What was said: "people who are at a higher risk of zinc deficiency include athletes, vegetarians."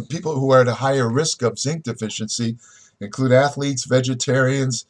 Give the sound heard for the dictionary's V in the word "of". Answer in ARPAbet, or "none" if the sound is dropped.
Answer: V